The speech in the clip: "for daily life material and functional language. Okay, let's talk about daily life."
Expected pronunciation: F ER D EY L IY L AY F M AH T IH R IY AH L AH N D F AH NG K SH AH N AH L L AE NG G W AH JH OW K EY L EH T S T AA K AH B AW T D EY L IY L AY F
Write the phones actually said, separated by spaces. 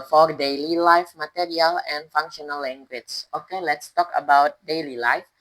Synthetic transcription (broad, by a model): F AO D EY L IY L AY F M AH T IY R IY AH L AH N F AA NG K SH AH N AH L L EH NG G W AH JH OW K EY L EH T S T AA K AH B AW T D EY L IY L AY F